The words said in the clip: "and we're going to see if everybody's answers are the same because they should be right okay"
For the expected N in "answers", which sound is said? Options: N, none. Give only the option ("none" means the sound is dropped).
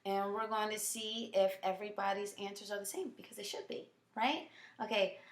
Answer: N